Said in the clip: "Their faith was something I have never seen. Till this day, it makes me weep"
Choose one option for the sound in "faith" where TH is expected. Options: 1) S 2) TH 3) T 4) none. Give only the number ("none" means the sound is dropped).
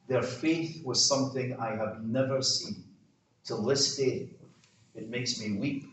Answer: 2